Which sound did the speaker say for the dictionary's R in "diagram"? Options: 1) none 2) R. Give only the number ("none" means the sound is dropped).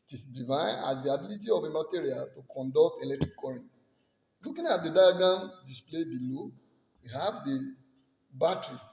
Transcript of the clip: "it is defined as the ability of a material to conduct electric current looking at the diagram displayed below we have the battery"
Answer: 1